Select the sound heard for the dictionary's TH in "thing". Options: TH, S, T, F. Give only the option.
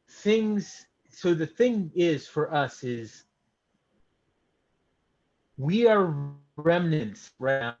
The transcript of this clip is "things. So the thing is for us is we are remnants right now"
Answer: TH